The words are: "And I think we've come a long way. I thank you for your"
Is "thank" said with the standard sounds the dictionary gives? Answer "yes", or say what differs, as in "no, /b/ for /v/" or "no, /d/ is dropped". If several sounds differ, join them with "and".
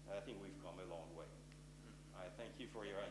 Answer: yes